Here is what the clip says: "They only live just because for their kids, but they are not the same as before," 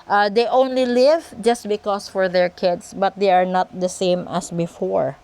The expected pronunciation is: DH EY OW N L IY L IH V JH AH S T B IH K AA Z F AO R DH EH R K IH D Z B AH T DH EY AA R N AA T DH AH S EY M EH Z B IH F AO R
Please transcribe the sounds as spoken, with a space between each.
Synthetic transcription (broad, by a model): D EY OW N L IY L IH V JH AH S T B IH K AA S F AO R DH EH R K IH D S B AH T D EY AA R N AA T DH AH S EY M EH S B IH F AO R